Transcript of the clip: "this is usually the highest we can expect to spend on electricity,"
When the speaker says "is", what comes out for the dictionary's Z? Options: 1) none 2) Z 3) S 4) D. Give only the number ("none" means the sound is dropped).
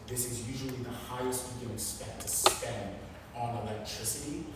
2